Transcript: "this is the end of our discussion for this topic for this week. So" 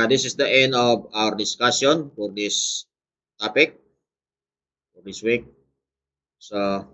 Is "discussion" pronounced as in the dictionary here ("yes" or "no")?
no